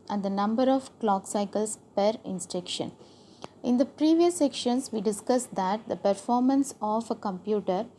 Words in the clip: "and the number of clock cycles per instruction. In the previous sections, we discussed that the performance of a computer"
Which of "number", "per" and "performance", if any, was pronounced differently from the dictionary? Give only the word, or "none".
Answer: none